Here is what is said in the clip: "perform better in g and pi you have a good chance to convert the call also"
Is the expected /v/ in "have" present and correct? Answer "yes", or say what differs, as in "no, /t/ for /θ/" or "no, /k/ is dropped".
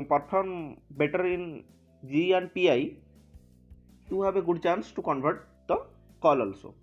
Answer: no, /b/ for /v/